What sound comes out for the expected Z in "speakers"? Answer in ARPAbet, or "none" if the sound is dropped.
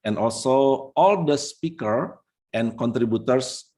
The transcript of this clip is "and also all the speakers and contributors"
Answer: none